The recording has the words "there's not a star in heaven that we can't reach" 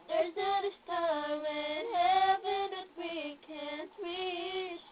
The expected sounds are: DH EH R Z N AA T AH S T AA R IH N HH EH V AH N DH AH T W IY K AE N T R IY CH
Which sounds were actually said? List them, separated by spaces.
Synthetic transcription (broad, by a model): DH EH R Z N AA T AH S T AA L IH N HH EH V AH N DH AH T W IY K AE N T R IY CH